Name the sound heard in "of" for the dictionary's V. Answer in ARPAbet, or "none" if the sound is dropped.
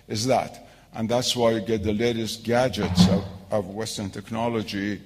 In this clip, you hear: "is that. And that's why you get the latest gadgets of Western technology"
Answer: V